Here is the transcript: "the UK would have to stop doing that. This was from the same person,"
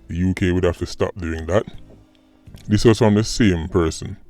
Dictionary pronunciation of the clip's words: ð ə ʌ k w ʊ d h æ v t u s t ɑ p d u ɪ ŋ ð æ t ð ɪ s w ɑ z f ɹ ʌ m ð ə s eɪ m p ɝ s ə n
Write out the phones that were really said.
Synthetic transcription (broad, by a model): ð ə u k w ʊ d h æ f t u s t ɑ p d u ɪ ŋ ð æ t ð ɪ s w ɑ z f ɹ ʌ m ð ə s eɪ m p ɝ s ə n